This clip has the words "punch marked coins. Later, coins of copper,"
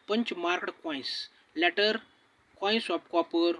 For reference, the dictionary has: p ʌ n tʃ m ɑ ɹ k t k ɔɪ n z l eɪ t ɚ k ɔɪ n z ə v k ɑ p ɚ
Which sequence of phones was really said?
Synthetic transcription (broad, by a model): p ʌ n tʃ m ɑ ɹ k t k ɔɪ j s l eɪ t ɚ k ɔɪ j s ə p k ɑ p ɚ